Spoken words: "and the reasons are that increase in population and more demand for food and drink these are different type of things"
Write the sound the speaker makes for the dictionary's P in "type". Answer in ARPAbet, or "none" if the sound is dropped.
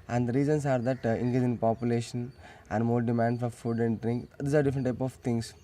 P